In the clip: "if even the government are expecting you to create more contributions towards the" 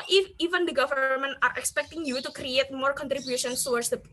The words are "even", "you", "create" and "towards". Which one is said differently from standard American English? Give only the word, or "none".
towards